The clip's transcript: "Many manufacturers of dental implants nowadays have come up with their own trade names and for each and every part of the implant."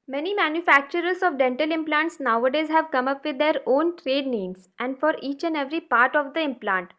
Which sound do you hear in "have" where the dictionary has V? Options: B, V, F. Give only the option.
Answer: V